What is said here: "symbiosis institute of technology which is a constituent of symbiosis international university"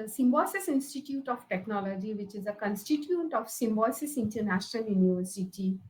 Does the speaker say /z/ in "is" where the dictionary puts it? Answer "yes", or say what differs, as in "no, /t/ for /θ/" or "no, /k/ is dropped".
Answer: yes